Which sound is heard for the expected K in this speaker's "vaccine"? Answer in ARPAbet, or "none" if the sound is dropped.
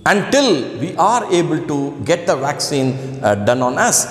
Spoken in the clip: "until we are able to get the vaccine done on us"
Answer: K